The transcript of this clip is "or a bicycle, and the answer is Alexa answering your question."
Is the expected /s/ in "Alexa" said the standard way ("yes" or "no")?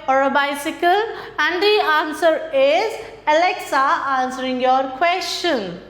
yes